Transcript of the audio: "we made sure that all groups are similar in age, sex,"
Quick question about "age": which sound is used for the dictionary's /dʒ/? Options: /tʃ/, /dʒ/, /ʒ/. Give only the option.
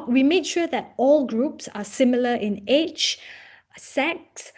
/tʃ/